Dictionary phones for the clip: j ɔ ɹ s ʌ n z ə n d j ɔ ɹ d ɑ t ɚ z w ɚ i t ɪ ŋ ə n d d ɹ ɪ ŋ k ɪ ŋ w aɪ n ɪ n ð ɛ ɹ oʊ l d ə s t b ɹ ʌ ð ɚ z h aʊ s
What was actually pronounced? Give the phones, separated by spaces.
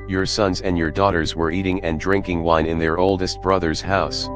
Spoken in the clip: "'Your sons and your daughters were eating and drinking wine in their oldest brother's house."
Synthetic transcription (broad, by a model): j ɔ ɹ s ʌ n z ə n d j ɔ ɹ d ɑ t ɚ z w ɚ i t ɪ ŋ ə n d d ɹ ɪ ŋ k ɪ ŋ w aɪ n ɪ n ð ɛ ɹ oʊ l d ə s t b ɹ ʌ ð ɚ z h aʊ s